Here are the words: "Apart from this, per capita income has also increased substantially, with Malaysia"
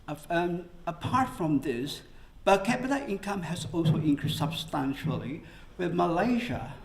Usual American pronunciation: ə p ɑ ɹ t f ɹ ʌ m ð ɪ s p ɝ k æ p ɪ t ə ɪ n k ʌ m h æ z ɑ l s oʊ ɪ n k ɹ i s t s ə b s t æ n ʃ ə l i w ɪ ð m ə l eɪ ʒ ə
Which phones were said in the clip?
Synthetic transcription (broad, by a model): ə p ɑ ɹ t f ɹ ʌ m ð ɪ s b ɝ k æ b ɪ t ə ɪ n k ʌ m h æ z ɑ l s oʊ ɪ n k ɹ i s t s ə b s t æ n ʃ ə l i w ɪ ð m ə l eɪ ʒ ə